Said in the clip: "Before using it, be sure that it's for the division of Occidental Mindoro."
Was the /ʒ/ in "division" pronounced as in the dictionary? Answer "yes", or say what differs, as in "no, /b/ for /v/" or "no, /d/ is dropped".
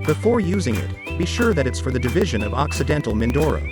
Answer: yes